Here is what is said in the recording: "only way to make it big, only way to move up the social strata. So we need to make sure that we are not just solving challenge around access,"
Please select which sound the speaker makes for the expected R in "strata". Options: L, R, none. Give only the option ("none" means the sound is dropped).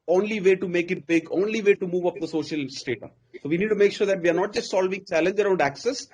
none